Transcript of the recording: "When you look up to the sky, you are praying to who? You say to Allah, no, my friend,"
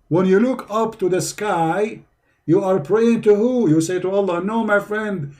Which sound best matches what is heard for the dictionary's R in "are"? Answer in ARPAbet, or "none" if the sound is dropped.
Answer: R